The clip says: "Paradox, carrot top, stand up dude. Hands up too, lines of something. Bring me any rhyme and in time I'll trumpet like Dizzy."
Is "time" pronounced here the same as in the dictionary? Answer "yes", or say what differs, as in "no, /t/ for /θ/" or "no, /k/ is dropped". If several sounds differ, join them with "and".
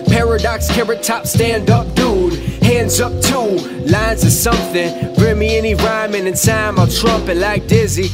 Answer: no, /s/ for /t/